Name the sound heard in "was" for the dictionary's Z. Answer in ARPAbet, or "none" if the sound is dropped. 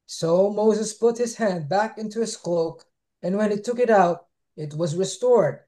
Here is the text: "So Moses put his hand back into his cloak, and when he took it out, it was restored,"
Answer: Z